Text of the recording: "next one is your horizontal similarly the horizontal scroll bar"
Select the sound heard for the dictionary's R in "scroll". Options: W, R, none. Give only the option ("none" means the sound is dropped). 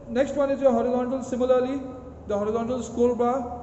none